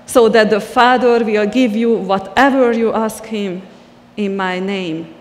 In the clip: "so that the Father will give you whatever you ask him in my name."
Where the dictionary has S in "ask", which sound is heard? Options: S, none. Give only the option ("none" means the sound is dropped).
S